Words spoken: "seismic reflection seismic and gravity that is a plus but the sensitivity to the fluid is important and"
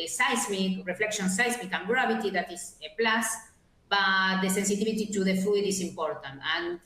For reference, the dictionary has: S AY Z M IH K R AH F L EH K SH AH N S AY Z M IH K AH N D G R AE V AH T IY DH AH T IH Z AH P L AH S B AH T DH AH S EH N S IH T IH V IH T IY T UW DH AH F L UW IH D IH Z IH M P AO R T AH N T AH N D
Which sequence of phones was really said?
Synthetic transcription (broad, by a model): S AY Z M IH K R AH F L EH K SH AH N S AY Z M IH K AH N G R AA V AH T IY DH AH T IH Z AH P L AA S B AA T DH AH S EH N S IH T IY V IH T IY T UW DH AH F UW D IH S IH M P AO R T AH N T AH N